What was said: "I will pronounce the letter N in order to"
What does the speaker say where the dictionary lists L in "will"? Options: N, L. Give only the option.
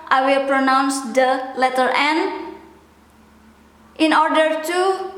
L